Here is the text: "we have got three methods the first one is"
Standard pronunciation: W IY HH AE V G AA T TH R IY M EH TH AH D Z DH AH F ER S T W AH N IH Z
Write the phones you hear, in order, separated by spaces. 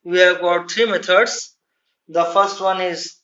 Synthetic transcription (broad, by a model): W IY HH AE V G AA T T R IY M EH T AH D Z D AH F ER S T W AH N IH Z